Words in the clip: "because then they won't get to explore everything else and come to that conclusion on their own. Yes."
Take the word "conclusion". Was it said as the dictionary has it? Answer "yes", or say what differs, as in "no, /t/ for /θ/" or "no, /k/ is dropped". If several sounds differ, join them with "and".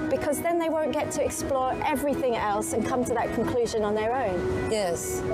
yes